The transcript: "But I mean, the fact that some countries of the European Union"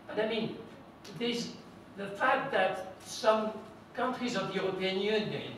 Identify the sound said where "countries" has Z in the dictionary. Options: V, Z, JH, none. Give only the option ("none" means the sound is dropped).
Z